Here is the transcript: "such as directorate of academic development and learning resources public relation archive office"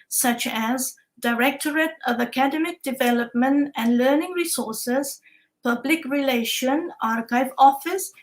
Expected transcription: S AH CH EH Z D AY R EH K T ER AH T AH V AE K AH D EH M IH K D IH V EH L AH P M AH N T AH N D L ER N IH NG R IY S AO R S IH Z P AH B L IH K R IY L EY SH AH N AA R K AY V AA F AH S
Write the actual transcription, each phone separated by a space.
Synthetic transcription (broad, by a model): S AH CH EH Z D AY R EH K T ER AH T AH V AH K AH D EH M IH K D IH V EH L AH P M AH N T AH N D L ER N IH NG R IY S AO R S IH Z P AH B L IH K R IY L EY SH AH N AA R K AY V AA F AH S